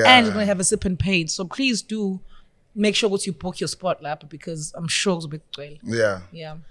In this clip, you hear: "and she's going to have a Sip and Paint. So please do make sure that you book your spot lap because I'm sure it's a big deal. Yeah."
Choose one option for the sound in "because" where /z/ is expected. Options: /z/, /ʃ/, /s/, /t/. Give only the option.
/z/